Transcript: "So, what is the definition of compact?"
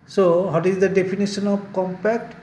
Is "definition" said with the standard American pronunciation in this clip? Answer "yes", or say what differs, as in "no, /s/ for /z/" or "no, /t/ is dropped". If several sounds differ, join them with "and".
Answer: no, /p/ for /f/ and /s/ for /ʃ/